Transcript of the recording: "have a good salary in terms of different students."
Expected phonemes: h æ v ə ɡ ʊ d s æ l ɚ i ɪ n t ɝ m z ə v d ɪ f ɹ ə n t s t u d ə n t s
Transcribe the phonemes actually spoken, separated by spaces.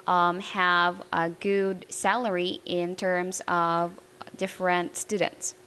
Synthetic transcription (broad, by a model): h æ v ə ɡ ʊ d s æ l ɚ i ɪ n t ɝ m z ə v d ɪ f ɹ ə n t s t u d n t s